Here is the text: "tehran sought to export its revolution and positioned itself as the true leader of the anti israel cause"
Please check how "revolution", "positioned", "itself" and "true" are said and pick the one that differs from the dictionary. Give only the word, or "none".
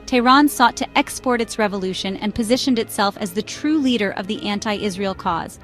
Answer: none